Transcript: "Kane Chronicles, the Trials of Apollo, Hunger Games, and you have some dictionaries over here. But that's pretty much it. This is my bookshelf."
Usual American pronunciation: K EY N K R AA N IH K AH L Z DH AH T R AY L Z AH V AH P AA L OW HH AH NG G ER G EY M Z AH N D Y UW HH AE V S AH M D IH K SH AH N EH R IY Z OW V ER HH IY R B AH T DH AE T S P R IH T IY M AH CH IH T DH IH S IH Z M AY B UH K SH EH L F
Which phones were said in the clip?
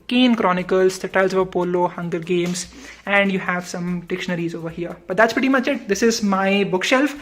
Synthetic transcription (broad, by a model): K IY N K R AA N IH K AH L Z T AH T AY L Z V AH P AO L OW HH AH NG G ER G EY M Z AH N D Y UW HH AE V S AH M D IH K SH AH N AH R IY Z OW V ER HH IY R B AH T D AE T S P R IH T IY M AH CH IH T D IH S IH Z M AY B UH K SH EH L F